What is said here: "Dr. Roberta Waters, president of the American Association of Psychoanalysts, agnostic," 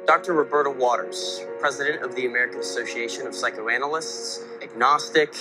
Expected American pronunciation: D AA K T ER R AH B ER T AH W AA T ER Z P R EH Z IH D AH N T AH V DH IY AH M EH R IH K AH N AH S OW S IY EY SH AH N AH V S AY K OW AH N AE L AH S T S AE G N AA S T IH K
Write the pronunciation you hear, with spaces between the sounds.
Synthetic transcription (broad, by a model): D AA K T ER R AH B ER T AH W AA T ER Z P R EH Z IH D AH N T AH V DH IY AH M EH R IH K AH N AH S OW S IY EY SH AH N AH V S AY K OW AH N L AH S T S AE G N AA S T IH K